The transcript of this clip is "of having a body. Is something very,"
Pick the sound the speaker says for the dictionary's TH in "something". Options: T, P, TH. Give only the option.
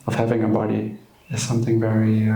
TH